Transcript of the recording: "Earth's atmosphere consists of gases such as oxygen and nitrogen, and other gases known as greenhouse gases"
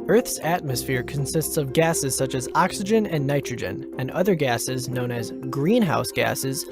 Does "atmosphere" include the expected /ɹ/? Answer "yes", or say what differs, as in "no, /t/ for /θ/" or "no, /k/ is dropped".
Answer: yes